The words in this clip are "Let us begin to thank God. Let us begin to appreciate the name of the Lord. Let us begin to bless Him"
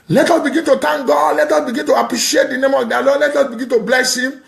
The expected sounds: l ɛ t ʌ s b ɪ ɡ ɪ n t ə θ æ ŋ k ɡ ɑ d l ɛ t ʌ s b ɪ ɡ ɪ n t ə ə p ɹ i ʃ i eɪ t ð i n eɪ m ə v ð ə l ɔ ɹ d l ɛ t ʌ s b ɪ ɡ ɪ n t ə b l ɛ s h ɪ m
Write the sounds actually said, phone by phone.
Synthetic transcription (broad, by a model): l ɛ t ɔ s b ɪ ɡ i n t ə t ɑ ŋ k ɡ ɑ d l ɛ t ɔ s b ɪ ɡ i n t ə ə p ɹ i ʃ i eɪ t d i n eɪ m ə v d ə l ɔ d l ɛ t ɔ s b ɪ ɡ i n t ə b l ɛ s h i m